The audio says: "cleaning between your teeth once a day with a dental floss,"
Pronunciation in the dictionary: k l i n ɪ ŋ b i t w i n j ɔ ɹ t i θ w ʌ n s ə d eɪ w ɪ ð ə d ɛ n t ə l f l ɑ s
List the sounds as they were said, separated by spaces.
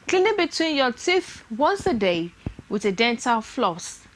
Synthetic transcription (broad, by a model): k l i n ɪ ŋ b i t w i n j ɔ t i θ w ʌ n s ə d eɪ w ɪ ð ə d ɛ n t ə l f l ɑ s